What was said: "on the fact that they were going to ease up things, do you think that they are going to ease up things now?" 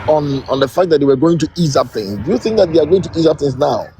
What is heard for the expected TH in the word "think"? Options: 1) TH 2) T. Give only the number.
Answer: 1